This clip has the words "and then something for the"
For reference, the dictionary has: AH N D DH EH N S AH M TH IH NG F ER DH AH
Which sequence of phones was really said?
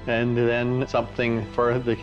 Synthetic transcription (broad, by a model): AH N DH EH N S AH M TH IH NG F ER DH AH